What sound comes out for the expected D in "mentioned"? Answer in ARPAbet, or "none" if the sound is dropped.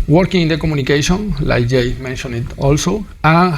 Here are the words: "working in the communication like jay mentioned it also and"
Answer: none